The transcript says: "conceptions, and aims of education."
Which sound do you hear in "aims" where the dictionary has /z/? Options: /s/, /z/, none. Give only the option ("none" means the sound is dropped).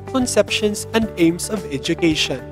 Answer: /s/